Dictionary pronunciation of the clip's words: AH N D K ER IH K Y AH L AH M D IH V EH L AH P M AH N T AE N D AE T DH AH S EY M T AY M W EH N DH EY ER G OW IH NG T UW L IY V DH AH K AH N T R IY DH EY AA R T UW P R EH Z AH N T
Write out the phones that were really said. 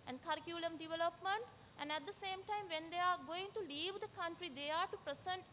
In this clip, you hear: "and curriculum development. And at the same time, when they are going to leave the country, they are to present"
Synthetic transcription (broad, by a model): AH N D K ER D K Y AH L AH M D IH V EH L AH P M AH N T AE N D AE T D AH S EY M T AY M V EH N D EY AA G OW IH NG T UW L IY V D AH K AH N T R IY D EY AA R T UW P R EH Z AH N T